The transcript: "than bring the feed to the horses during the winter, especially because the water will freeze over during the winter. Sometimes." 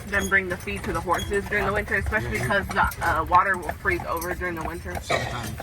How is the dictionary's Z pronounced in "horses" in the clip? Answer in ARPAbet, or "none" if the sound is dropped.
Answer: Z